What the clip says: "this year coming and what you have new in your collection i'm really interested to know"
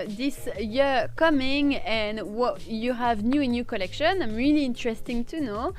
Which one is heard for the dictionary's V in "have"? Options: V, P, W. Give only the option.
V